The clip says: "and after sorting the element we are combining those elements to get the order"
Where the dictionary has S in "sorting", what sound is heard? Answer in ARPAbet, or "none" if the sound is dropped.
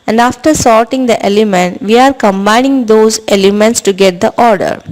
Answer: S